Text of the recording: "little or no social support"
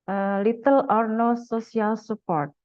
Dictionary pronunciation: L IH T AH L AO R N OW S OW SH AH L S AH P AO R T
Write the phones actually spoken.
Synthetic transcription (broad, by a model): L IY T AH L AO R N OW S OW S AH L S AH P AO R T